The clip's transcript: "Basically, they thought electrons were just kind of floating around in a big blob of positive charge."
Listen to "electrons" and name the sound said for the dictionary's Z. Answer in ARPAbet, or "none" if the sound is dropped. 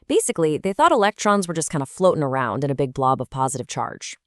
Z